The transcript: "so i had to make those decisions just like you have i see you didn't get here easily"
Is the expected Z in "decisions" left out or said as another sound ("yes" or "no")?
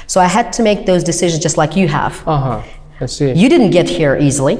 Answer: no